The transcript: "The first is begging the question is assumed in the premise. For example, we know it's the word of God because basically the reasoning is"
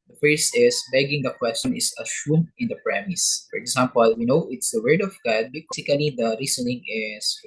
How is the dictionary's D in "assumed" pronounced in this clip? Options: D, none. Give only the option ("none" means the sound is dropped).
none